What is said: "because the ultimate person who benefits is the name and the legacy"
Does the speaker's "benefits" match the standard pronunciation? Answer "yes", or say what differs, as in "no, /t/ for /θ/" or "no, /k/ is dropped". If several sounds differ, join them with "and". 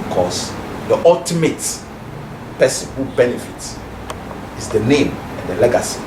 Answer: no, /s/ is dropped